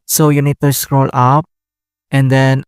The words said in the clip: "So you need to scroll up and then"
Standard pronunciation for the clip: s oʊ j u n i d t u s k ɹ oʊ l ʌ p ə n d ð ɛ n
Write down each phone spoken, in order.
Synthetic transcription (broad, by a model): s oʊ j u n i d t u s k ɹ oʊ l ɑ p ə n d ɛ n